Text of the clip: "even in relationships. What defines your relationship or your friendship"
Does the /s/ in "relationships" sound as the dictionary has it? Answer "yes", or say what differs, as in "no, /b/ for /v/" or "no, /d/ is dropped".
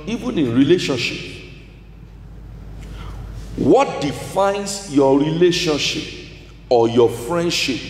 no, /s/ is dropped